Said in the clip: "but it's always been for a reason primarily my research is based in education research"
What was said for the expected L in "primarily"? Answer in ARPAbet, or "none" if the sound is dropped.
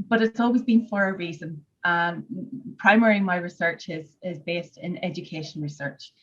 none